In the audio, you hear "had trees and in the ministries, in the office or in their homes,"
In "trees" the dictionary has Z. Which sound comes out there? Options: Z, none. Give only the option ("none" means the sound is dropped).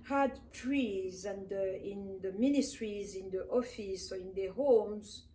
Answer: Z